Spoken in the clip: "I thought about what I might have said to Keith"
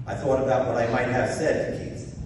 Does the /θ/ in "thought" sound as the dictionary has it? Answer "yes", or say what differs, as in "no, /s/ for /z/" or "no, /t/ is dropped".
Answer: yes